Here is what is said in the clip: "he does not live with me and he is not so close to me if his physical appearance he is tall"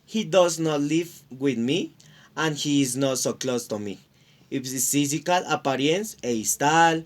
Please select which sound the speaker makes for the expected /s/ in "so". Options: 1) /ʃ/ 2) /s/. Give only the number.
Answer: 2